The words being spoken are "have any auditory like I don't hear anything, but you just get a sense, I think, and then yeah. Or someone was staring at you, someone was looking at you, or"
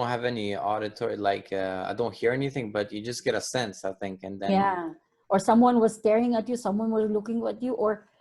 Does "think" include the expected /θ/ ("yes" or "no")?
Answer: yes